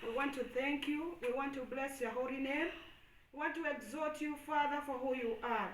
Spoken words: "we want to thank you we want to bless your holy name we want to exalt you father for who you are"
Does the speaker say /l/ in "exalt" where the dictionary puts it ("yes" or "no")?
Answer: no